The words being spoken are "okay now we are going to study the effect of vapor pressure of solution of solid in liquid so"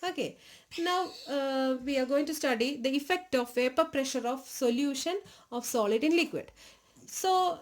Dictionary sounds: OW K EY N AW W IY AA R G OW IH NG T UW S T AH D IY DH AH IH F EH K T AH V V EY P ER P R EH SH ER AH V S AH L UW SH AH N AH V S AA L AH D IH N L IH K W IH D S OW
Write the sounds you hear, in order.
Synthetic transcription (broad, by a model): OW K EY N AW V IY AA R G OW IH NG T UW S T AH D IY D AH IH F EH K T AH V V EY P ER P R EH SH ER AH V S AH L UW SH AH N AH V S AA L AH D IH N L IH K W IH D S OW